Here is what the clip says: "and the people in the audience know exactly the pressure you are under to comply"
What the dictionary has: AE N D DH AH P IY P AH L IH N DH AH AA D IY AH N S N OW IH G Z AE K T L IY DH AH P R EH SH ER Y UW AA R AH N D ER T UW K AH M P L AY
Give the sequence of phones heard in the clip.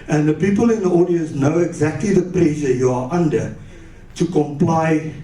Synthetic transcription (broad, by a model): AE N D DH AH P IY P AH L IH N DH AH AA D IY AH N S N OW IH G Z AE K T L IY DH AH P L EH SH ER Y UW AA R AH N D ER T UW K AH M P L AY